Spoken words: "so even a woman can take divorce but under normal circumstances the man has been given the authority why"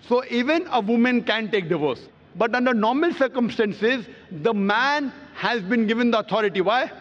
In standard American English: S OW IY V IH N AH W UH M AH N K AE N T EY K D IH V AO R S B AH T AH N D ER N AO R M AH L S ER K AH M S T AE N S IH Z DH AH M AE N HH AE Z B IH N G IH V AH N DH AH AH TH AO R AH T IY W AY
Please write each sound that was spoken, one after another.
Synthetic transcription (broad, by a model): S OW IY V IH N AH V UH M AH N K AE N T EY K D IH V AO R S B AH T AH N D ER N AO R M AH L S ER K AH M S T AE N S IH Z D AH M AE N HH AE Z B IH N G IH V AH N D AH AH T AO R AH T IY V AY